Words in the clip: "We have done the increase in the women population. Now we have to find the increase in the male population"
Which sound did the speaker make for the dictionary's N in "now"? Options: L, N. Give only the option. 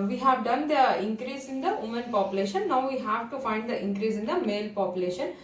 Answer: N